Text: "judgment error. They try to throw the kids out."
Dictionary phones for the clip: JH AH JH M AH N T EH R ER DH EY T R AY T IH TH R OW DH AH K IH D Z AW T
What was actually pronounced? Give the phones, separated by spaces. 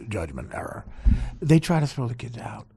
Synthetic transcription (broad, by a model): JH AH JH M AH N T EH R ER DH EY T R AY T IH S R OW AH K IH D AW T